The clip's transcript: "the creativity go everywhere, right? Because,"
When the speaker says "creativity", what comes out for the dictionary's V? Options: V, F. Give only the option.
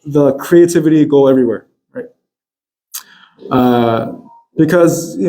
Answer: V